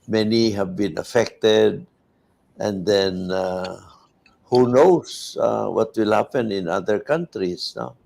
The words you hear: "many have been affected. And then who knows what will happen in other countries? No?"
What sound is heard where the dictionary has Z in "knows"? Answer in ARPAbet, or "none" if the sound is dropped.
S